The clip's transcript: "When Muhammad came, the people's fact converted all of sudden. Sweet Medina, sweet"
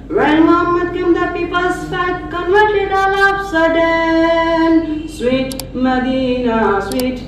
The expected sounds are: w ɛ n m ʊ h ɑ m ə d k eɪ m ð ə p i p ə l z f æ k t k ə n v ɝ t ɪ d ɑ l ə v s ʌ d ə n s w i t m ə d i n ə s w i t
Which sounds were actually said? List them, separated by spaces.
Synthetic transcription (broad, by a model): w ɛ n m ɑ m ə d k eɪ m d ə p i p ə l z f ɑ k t k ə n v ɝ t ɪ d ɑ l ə p s ʌ d ə n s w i t m ə d i n ə s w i t